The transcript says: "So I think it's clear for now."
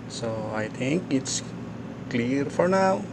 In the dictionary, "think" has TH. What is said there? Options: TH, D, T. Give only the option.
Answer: T